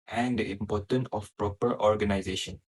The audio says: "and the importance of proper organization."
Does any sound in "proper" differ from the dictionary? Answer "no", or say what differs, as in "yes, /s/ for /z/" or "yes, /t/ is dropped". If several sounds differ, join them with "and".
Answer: no